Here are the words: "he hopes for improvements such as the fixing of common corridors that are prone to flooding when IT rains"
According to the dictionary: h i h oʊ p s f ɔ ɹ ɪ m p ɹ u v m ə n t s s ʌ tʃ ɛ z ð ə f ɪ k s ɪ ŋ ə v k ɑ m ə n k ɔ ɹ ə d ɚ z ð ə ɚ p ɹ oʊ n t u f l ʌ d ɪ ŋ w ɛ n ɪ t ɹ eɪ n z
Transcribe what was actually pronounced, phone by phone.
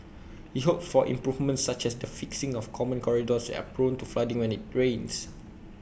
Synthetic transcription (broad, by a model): h i h oʊ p f ɔ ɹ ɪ m p ɹ u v m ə n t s s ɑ tʃ ɛ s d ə f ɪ k s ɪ ŋ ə f k ɑ m ə n k ɔ ɹ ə d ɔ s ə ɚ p ɹ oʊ n t u f l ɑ d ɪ ŋ w ɛ n ɪ t ɹ eɪ n s